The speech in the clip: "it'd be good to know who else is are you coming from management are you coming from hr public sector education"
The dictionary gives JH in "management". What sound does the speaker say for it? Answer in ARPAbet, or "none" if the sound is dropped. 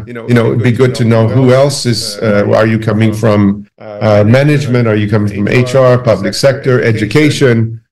JH